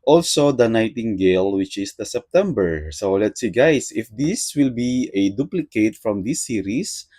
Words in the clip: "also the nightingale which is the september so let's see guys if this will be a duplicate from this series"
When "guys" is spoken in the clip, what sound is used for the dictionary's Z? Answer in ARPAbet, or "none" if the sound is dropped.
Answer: S